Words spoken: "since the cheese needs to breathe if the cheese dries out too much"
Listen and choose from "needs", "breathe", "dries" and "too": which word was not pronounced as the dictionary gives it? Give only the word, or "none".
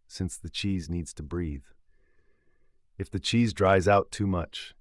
none